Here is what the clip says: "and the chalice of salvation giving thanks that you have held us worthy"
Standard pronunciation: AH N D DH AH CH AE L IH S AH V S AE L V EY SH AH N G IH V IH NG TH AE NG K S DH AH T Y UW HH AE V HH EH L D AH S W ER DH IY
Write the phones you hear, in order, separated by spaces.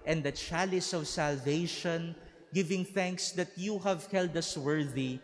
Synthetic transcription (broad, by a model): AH N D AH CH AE L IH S AH V S AE L V EY SH AH N G IH V IH NG TH AE NG K S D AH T Y UW HH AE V HH EH L D AH S W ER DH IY